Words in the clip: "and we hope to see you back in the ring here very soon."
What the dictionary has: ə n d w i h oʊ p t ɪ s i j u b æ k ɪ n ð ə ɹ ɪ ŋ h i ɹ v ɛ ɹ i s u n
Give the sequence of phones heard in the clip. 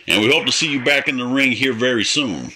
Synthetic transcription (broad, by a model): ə n w i h oʊ p t ɪ s i j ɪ b æ k ɪ n ð ə ɹ ɪ ŋ h i ɹ v ɛ ɹ i s u n